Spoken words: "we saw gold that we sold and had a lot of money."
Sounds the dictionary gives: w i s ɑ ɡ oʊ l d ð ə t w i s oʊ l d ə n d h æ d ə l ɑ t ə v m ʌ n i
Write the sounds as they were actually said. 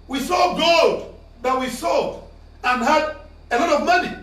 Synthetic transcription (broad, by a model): w i s ɑ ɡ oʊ d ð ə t w i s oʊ d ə n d h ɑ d ə l ɑ t ə v m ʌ n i